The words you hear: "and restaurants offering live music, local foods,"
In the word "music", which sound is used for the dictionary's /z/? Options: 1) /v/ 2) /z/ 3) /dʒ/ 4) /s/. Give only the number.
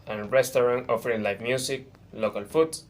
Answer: 4